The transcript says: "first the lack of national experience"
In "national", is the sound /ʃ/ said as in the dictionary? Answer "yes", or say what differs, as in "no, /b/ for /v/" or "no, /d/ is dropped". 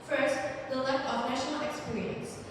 yes